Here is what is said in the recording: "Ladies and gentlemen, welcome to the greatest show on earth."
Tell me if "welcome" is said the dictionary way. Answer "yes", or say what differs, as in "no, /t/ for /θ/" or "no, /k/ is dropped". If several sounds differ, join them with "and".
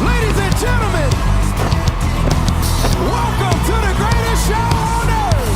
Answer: yes